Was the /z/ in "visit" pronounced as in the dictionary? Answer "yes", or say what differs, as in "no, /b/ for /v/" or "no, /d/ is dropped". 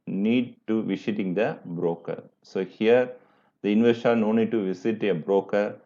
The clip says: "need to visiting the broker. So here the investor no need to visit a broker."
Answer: no, /s/ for /z/